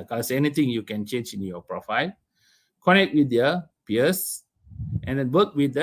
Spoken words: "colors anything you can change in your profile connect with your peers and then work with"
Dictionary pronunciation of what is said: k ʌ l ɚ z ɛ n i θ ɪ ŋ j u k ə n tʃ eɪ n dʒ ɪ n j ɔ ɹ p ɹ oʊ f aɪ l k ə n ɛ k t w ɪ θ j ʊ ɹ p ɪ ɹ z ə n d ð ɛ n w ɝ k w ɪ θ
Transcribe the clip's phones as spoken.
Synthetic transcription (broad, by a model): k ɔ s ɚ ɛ n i t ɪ ŋ j u k ə n tʃ eɪ n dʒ ɪ n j ɔ p ɹ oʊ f aɪ l k ə n ɛ k t w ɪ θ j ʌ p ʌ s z ə n d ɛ n w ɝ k w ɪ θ